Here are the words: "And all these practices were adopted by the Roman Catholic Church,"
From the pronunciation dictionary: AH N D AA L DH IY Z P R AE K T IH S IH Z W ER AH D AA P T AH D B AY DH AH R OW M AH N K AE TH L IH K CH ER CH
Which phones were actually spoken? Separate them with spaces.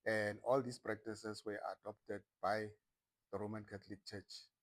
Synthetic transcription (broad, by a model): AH N D AA L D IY S P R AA K T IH S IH S W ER AH D AA P T AH D B AY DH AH R OW M AH N K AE T L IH K CH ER CH